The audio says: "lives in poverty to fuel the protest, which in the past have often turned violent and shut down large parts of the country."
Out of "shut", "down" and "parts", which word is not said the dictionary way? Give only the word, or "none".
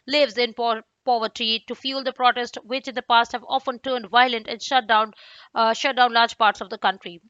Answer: none